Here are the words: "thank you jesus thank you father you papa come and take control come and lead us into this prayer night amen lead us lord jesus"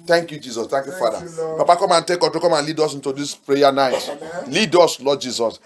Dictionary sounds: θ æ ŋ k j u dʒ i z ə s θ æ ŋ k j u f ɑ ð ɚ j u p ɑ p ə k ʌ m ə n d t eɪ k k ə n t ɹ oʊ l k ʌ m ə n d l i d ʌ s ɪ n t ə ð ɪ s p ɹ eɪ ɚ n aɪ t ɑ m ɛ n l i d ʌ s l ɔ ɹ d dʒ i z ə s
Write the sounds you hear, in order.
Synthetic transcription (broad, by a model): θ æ ŋ k j u dʒ i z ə s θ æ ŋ k j u f ɑ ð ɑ p ɑ p ə k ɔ m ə n t eɪ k k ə t oʊ k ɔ m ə n l i d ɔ s ɪ n t ə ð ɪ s p ɹ eɪ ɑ n aɪ t l i d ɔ s l ɔ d dʒ i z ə s